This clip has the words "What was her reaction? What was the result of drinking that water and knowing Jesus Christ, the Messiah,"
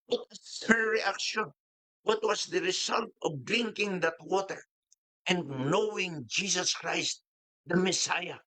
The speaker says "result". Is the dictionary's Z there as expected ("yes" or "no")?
no